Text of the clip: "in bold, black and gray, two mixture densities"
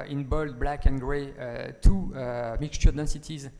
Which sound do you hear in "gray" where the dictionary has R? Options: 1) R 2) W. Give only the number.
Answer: 1